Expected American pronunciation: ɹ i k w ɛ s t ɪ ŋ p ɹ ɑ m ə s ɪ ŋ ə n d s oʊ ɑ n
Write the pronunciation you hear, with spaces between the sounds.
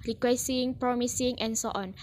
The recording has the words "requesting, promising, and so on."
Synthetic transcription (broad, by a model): ɹ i k w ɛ s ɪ ŋ p ɹ ɑ m ə s ɪ ŋ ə n s oʊ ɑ n